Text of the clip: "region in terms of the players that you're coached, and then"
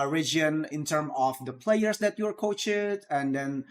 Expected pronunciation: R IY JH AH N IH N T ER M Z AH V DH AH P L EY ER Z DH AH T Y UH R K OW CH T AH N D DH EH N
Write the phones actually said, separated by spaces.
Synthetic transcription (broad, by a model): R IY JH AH N IH N T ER M AH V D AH P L EY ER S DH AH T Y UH R K OW CH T AH N D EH N